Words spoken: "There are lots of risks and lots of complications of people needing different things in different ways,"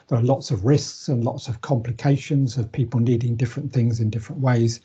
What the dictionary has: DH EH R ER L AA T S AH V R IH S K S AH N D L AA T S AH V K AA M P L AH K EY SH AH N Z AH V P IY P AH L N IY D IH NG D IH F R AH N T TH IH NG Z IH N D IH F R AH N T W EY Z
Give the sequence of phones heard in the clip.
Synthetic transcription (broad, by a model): DH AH R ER L AA T S AH V R IH S K S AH N L AA T S AH V K AA M P L AH K EY SH AH N Z AH V P IY P AH L N IY D IH NG D IH F R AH N TH IH NG Z IH N D IH F R AH N T W EY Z